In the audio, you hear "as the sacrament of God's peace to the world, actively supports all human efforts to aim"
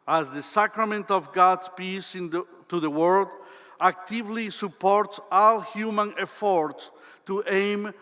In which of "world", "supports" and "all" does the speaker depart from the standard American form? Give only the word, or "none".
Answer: world